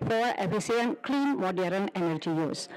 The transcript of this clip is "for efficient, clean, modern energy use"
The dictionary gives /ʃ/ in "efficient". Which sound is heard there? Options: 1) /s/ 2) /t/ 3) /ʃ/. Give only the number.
1